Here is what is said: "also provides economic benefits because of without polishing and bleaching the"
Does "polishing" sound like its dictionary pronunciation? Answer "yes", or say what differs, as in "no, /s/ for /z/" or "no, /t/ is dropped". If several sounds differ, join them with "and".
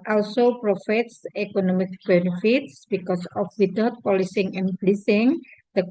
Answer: no, /s/ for /ʃ/